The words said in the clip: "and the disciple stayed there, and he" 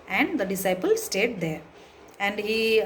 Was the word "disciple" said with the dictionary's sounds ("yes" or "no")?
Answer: yes